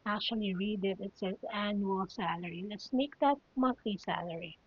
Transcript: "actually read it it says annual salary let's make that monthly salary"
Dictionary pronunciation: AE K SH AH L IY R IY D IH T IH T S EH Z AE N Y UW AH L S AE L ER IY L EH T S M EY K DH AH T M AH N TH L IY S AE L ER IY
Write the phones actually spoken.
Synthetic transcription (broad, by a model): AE K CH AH L IY R IY D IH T IH T S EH AE N Y UW AH L S AE L ER IY L EH T S M EY K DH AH T M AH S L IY S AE L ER IY